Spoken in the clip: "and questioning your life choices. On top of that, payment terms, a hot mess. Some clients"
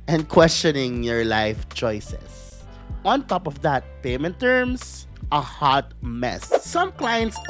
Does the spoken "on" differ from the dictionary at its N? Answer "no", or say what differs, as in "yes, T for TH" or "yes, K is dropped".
no